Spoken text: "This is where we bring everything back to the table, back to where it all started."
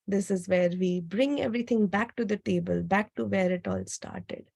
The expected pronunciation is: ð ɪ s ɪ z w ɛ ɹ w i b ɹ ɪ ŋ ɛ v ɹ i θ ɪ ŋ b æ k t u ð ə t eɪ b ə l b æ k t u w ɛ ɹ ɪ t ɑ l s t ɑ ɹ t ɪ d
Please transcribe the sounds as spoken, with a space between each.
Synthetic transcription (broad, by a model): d ɪ s ɪ z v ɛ ɹ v i b ɹ ɪ ŋ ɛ v ɹ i t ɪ ŋ b æ k t u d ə t eɪ b ə l b æ k t u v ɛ ɹ ɪ t ɑ l s t ɑ ɹ t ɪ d